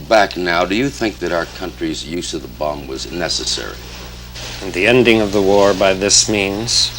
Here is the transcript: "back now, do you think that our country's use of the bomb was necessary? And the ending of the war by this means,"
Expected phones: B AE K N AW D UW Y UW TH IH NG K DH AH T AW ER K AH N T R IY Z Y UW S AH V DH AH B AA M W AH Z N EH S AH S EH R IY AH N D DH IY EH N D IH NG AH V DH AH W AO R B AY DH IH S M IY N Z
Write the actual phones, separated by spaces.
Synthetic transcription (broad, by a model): B AE K N AW D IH Y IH TH IH NG K DH AH T AW ER K AH N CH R IY Z Y UW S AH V DH AH B AA M W AH Z N EH S AH S EH R IY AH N DH IY EH N D IH NG AH V DH AH W AO R B AY DH IH S M IY N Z